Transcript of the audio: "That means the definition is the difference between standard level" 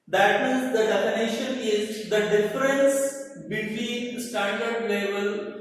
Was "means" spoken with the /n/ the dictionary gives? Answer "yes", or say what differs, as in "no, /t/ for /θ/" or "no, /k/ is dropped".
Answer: no, /n/ is dropped